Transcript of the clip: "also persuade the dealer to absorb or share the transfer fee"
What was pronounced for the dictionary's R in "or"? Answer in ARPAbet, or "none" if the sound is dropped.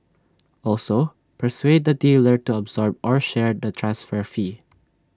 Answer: R